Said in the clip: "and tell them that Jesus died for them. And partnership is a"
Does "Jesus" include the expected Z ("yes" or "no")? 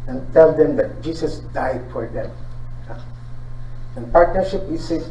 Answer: no